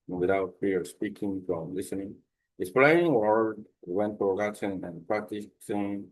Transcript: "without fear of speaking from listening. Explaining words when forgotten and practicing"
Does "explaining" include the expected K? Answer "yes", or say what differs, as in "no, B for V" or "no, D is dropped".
no, K is dropped